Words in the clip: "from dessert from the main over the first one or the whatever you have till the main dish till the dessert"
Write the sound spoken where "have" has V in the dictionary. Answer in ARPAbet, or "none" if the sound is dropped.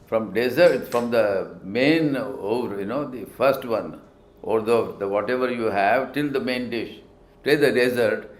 V